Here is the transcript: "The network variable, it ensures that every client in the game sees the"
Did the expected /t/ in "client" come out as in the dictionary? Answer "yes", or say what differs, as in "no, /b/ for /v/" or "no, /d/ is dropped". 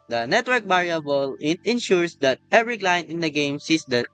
no, /t/ is dropped